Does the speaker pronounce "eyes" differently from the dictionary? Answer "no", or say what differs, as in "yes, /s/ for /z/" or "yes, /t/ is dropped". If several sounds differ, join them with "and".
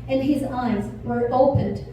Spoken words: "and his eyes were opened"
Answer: no